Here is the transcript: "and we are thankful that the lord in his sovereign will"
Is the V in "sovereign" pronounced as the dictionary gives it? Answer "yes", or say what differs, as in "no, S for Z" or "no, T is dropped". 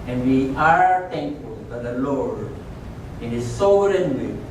no, V is dropped